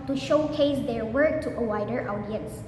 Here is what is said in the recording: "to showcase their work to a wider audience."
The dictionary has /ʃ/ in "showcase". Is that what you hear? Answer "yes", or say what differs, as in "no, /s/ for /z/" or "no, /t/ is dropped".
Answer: yes